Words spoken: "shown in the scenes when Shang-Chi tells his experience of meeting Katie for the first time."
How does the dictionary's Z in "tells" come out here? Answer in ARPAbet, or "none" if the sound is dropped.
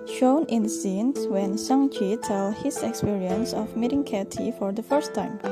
none